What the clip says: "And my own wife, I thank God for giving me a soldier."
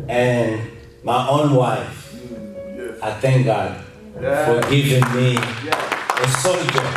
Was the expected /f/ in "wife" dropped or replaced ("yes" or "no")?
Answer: no